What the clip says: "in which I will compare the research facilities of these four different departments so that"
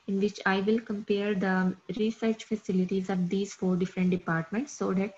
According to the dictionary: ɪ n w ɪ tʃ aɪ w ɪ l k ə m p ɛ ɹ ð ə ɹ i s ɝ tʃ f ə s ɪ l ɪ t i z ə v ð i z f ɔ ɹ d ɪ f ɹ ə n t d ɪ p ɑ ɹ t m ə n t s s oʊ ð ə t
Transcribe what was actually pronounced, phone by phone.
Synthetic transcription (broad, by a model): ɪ n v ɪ tʃ aɪ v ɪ l k ə m p ɛ ɹ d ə ɹ i s ɝ tʃ f ə s ɪ l ɪ t i z ə v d i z f ɔ ɹ d ɪ f ɹ ə n t d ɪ p ɑ ɹ t m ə n t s s oʊ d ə t